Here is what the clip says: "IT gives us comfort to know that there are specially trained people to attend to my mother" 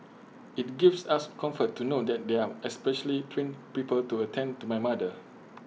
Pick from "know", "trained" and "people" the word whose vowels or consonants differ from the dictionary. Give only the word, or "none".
trained